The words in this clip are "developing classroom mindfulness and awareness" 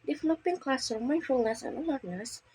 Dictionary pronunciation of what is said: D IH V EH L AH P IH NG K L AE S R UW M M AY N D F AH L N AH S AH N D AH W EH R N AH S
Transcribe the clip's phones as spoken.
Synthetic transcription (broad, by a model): D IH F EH L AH P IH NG K L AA S UW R M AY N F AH L N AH S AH N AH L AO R N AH S